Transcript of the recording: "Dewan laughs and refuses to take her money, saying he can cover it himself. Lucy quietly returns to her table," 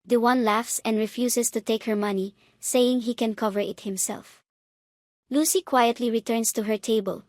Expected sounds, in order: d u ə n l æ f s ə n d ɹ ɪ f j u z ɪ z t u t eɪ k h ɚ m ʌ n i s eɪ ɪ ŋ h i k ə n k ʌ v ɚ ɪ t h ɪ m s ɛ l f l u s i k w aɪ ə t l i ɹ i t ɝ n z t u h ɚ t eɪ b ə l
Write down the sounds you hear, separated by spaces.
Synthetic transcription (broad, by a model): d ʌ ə n l æ f s ə n d ɹ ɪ f j u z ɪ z t u t eɪ k h ɚ m ʌ n i s eɪ ɪ ŋ h i k ə n k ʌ v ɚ ɪ t h ɪ m s ɛ l f l u s i k w aɪ ə t l i ɹ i t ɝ n s t u h ɚ t eɪ b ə l